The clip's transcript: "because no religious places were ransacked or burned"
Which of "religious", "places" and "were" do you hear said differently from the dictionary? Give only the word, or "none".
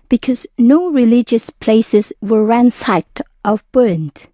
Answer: none